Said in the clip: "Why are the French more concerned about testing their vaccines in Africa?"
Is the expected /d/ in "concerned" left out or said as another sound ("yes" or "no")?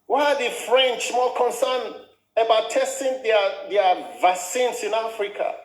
yes